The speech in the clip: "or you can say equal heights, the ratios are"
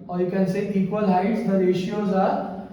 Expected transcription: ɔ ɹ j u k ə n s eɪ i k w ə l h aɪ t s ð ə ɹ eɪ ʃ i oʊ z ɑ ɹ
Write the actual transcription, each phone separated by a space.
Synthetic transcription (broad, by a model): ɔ ɹ j u k ə n s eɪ i k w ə l h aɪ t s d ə ɹ eɪ ʃ i oʊ z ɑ ɹ